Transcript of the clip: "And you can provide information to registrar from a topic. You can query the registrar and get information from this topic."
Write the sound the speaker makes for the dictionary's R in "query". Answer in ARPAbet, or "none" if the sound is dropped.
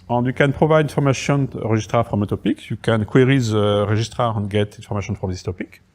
R